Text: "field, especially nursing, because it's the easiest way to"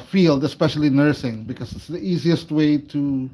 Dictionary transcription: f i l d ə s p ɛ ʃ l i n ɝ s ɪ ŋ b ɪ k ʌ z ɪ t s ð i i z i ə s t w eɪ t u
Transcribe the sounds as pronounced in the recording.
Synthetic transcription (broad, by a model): f i l d ə s p ɛ ʃ l i n ɝ s ɪ ŋ b ɪ k ʌ z ɪ t s ð i i z i ə s t w eɪ t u